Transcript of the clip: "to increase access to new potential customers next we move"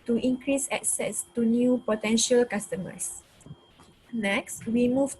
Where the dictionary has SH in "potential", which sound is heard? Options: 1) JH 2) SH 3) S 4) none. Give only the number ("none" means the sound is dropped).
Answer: 2